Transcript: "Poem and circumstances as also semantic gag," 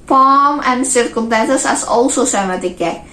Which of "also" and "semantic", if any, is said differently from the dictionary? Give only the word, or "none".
semantic